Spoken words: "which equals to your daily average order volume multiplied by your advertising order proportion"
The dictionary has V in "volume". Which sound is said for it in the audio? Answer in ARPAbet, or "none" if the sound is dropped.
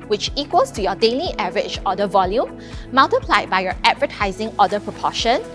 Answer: V